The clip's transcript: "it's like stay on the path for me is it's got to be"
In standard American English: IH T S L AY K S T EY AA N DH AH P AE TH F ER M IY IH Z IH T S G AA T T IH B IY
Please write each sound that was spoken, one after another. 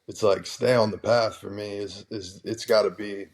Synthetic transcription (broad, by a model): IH T S L AY K S T EY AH N DH AH P AE TH F ER M IY IH Z IH T S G AA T T IH B IY